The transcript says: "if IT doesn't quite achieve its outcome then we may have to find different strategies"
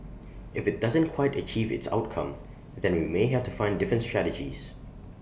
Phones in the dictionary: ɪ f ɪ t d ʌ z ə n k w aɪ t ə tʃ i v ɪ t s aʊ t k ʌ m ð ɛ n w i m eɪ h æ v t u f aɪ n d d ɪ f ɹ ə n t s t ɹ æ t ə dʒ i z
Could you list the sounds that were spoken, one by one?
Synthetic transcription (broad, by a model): ɪ f ɪ t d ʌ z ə n k w aɪ t ə tʃ i v ɪ t s aʊ t k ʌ m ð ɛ n w i m eɪ h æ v t u f aɪ n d d ɪ f ɹ ə n t s t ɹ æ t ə dʒ i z